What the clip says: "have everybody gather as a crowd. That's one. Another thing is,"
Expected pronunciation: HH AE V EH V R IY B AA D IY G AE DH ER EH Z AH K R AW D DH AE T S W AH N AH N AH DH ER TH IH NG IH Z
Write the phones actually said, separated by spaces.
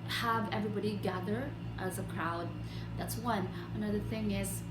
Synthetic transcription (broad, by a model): HH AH V EH V R IY B AA D IY G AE DH ER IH Z AH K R AW D DH AE T S W AH N AH N AH DH ER TH IH NG IH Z